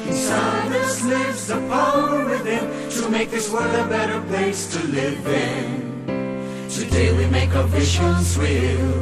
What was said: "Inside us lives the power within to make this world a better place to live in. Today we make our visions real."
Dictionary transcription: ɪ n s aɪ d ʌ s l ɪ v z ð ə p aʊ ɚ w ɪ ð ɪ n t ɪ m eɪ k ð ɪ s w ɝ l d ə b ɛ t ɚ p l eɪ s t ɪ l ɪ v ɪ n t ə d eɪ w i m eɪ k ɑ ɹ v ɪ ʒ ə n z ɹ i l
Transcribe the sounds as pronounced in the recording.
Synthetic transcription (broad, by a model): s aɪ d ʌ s l ɪ v z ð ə f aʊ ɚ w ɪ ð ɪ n t ɪ m eɪ k ð ɪ s w ɝ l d ə b ɛ t ɚ p l eɪ s t ɪ l ɪ v ɪ n t ə d eɪ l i m eɪ k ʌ v ɪ ʒ ə n z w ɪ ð